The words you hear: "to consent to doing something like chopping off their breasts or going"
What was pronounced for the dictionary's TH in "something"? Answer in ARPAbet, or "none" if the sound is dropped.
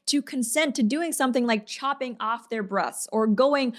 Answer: TH